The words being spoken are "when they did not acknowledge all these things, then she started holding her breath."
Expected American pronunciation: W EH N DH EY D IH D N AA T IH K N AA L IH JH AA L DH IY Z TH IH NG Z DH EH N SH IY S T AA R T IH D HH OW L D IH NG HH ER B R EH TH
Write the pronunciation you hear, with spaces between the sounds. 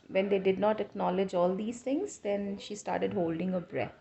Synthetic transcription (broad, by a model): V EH N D EY D IH D N AA T IH K N AA L IH JH AA L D IY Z T IH NG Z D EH N SH IY S T AA R T IH D HH OW L D IH NG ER B R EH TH